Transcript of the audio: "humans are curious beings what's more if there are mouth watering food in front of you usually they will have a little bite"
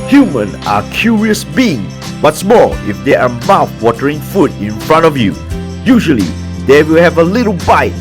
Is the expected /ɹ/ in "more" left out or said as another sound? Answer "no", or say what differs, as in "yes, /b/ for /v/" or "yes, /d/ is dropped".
yes, /l/ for /ɹ/